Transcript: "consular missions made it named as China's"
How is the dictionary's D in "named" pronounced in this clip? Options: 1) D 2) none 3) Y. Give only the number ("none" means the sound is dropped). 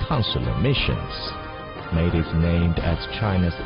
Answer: 1